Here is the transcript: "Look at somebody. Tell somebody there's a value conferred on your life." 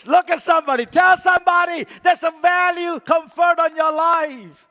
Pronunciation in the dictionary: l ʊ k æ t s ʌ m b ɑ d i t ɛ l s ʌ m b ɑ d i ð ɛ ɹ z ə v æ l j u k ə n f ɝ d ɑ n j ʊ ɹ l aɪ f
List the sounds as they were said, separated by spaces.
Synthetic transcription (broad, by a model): l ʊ k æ t s ʌ m b ɑ d i t ɛ l s ʌ m b ɑ d i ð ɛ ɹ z ə v æ l j u k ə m f ɝ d n j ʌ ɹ l aɪ f